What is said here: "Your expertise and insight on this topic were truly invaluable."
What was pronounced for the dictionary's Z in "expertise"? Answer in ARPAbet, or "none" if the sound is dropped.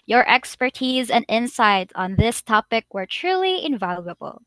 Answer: Z